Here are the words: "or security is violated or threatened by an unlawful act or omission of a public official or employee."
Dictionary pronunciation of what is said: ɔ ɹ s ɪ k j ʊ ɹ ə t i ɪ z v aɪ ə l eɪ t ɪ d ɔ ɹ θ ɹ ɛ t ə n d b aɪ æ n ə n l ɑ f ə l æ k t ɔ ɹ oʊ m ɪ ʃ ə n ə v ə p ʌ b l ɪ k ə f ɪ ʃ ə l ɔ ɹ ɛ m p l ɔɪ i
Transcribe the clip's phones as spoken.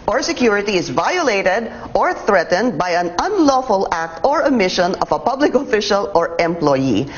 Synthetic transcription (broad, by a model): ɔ ɹ s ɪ k j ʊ ɹ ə t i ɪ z v aɪ ə l eɪ t ɪ d ɔ ɹ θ ɹ ɛ t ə n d b aɪ æ n ə n l ɑ f ə l æ k t ɔ ɹ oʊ m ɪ ʃ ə n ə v ə p ʌ b l ɪ k ə f ɪ ʃ ə l ɔ ɹ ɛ m p l ɔɪ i